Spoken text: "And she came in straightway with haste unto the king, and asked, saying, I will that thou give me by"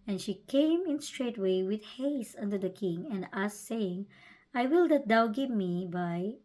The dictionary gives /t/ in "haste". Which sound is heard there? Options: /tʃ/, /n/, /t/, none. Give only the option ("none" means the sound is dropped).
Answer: none